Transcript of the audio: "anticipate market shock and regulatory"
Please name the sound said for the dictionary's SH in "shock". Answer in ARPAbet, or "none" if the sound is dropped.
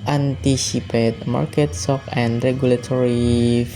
S